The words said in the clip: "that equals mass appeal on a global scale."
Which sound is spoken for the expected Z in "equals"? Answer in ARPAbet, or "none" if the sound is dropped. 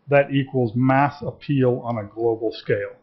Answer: Z